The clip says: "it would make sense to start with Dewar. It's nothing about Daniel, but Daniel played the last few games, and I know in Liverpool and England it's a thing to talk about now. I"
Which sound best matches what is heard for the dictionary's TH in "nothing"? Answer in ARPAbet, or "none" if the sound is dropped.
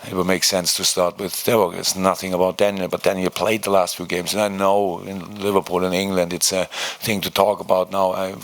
TH